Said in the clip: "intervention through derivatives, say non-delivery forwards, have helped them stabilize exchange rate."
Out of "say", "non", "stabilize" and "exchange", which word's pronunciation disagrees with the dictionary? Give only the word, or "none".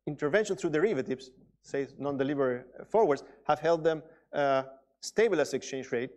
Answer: stabilize